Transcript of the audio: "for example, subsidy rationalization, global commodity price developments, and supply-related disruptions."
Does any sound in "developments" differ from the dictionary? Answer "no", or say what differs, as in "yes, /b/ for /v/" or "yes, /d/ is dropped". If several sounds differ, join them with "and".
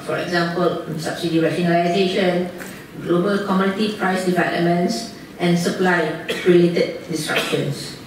yes, /p/ is dropped